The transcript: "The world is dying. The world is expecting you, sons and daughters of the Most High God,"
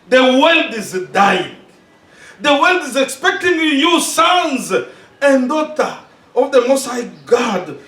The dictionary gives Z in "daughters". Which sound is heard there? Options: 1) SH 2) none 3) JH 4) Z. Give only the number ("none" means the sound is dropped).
2